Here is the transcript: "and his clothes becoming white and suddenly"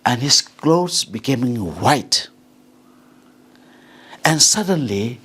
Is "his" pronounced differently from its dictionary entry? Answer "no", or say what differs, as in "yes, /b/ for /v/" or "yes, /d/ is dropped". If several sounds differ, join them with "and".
yes, /s/ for /z/